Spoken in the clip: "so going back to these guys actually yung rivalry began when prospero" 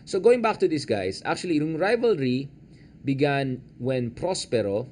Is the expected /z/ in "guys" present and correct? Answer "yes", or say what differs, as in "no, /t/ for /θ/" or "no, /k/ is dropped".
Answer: no, /s/ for /z/